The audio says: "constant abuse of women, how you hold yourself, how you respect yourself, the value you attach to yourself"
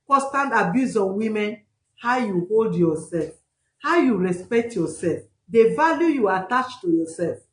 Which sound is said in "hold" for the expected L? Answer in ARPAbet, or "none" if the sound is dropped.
L